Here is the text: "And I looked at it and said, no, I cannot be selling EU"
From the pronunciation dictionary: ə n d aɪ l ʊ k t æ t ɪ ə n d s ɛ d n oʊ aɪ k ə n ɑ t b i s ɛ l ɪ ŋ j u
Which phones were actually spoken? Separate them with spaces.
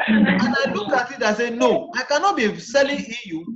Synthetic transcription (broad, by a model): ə n aɪ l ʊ k ɑ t ɪ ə s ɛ n oʊ aɪ k ə n ɑ t b i s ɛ l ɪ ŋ j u